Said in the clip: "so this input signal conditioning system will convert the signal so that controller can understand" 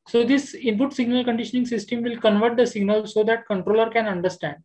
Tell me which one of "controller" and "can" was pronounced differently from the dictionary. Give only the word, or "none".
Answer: none